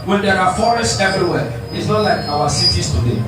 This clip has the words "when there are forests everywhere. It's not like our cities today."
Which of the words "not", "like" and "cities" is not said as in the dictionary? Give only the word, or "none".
cities